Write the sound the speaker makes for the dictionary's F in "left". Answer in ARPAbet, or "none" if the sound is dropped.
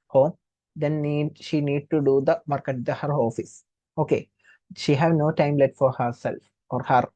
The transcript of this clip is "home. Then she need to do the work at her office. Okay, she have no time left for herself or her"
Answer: none